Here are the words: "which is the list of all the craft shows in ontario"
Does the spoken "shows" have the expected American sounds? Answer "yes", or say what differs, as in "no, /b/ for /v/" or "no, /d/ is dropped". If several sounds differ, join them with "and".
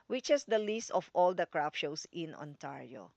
no, /s/ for /z/